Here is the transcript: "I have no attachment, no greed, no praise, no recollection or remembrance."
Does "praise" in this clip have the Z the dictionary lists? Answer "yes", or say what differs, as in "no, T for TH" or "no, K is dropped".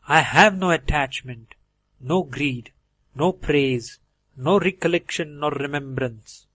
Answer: yes